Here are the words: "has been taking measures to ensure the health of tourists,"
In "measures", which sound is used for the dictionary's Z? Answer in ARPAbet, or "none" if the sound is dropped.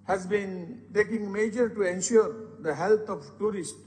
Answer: none